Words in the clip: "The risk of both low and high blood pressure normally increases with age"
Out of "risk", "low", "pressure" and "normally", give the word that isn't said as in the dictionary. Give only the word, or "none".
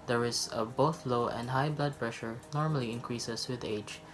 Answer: risk